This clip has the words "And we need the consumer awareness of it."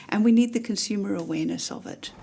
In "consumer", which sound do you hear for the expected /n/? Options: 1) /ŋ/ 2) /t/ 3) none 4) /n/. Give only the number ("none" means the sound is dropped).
4